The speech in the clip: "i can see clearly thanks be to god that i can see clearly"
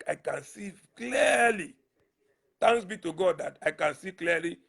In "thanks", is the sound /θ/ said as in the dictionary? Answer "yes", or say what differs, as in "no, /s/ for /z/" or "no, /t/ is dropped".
no, /t/ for /θ/